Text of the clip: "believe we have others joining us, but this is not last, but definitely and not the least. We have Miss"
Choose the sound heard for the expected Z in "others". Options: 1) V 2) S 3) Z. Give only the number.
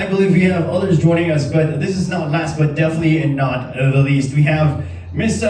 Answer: 3